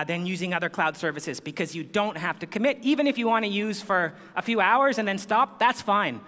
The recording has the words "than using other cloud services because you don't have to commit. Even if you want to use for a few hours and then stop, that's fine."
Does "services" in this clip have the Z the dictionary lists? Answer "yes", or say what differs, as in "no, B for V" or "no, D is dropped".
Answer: yes